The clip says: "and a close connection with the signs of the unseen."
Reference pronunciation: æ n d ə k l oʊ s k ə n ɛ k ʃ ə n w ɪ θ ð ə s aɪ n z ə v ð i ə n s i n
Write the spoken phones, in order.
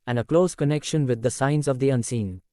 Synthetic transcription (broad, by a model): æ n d ə k l oʊ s k ə n ɛ k ʃ ə n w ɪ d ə s aɪ n z ə v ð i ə n s i n